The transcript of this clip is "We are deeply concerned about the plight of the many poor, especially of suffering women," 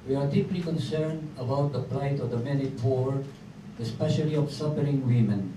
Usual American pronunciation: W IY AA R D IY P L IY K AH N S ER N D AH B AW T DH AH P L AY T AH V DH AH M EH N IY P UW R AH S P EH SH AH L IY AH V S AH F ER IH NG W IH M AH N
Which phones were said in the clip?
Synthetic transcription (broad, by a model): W IY AA R D IY P L IY K AH N S ER N D AH B AW T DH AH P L AY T AH V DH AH M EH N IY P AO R AH S P EH SH AH L IY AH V S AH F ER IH NG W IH M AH N